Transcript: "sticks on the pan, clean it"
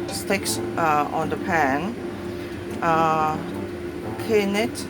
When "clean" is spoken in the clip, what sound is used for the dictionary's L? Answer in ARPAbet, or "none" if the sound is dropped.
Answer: none